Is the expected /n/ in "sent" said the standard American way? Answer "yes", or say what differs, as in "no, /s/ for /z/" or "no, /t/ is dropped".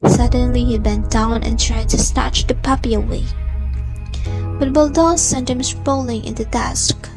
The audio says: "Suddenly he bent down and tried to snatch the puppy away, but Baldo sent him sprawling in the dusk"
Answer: yes